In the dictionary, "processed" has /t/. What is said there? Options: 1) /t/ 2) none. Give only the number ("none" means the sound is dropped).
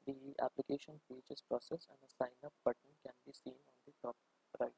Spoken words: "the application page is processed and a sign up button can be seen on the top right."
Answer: 2